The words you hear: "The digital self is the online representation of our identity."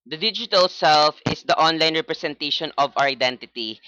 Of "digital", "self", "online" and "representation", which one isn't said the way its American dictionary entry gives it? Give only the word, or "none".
representation